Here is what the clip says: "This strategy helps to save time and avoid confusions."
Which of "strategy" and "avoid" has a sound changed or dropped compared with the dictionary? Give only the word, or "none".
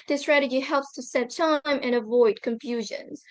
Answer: none